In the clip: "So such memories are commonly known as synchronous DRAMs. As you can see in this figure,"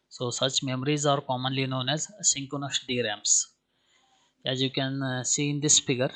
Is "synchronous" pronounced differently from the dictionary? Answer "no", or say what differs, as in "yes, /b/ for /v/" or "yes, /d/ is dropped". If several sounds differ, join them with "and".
yes, /ɹ/ is dropped